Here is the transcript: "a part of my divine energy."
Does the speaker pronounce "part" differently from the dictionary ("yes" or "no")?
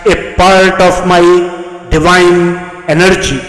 no